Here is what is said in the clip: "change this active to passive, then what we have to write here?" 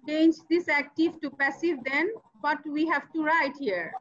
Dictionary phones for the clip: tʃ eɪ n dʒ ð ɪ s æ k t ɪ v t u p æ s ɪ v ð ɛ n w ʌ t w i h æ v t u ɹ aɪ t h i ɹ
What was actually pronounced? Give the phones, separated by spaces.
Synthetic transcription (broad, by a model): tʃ eɪ n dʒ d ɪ s æ k t ɪ v t u p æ s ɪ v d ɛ n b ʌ t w i h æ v t u ɹ aɪ t h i ɹ